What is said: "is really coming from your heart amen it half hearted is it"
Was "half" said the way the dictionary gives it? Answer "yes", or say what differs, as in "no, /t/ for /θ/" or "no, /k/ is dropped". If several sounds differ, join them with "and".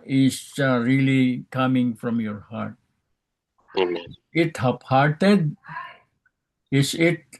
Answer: no, /p/ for /f/